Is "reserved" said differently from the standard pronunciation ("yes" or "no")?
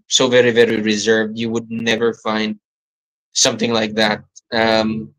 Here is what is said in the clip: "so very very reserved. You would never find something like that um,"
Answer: no